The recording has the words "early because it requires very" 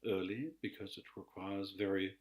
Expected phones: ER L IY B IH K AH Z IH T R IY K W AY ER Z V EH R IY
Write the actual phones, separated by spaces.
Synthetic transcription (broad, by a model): ER L IY B IH K AH Z IH T R IY K W AY ER Z V EH R IY